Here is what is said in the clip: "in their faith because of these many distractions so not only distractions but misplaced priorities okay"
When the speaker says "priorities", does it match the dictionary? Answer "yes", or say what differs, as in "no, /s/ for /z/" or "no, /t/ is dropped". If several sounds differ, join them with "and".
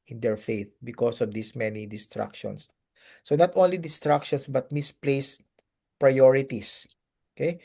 no, /s/ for /z/